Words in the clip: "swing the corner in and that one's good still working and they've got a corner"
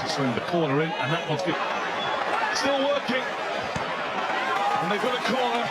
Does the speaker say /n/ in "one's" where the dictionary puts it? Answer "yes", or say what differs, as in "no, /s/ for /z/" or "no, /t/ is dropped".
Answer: no, /n/ is dropped